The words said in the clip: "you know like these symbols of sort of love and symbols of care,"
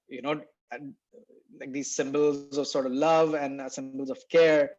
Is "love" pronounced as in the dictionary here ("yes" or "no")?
yes